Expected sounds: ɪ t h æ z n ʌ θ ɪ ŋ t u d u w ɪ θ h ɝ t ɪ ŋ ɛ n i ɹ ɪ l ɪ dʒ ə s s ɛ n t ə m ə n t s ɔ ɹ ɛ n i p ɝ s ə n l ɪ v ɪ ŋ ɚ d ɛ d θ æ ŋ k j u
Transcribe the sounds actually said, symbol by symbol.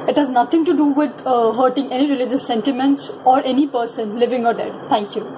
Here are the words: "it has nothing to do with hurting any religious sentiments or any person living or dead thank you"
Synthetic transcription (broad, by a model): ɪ t h æ z n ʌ t ɪ ŋ t u d u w ɪ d h ɝ t ɪ ŋ ɛ n i ɹ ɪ l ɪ dʒ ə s s ɛ n t ə m ə n t s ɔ ɹ ɛ n i p ɝ s ə n l ɪ v ɪ ŋ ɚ d ɛ d t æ ŋ k j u